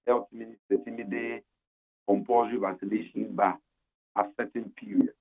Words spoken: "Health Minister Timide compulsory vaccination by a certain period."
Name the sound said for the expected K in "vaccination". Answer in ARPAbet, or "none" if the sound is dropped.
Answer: none